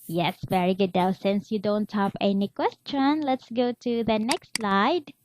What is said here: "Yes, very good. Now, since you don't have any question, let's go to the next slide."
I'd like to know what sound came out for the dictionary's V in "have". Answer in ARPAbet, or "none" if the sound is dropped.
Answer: P